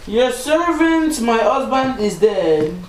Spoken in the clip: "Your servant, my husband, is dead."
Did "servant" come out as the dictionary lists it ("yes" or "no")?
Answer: yes